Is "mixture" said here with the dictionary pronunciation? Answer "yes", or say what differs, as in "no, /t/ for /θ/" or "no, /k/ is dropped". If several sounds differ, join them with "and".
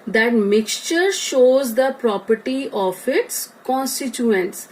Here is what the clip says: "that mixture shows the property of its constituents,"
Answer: yes